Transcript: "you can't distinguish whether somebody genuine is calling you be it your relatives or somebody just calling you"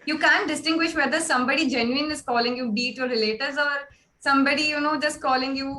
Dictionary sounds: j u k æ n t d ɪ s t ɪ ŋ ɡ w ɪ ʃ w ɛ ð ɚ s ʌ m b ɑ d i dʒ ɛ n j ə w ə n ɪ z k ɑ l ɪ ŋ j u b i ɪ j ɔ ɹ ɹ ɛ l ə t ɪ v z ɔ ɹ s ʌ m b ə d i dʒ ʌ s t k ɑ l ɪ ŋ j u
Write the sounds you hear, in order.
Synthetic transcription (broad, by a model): j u k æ n t d ɪ s t ɪ ŋ ɡ w ɪ ʃ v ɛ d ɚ s ʌ m b ɑ d i dʒ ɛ n j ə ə n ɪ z k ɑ l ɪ ŋ j u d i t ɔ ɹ ɹ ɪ l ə t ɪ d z ɔ ɹ s ʌ m b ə d i dʒ ʌ s t k ɑ l ɪ ŋ j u